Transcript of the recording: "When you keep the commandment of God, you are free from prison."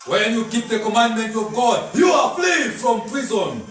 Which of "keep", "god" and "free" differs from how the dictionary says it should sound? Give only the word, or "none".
free